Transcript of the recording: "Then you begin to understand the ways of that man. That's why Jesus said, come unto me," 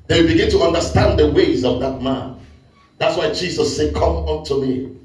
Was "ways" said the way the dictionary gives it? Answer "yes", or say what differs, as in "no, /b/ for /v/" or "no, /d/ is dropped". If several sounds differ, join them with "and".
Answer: yes